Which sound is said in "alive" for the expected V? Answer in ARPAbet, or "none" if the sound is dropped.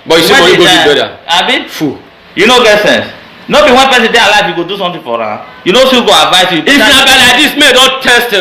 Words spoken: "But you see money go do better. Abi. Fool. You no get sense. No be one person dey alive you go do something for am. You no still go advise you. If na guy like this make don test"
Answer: F